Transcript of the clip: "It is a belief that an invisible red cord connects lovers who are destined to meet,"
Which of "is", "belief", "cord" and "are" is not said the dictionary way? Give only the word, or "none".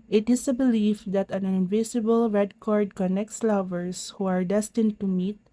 is